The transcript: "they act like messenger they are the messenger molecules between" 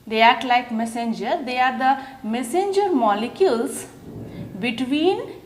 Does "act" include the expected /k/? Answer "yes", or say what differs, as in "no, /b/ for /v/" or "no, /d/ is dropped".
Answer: no, /k/ is dropped